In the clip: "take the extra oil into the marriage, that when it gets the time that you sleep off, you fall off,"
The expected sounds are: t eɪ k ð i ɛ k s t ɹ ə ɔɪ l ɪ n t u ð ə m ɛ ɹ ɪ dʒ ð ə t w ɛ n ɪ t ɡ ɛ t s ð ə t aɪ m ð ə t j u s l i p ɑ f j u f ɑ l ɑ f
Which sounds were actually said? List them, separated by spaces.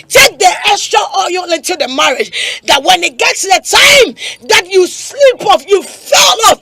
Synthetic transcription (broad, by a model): t eɪ k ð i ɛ s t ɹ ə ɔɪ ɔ ɪ n t u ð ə m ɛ ɹ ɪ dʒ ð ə t w ɛ n ɪ t ɡ ɛ t s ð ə t aɪ m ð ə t j u s l i p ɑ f j u f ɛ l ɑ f